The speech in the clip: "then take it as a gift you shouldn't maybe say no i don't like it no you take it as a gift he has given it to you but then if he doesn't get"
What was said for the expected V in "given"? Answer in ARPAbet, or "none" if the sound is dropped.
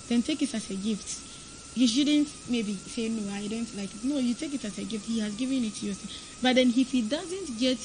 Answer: V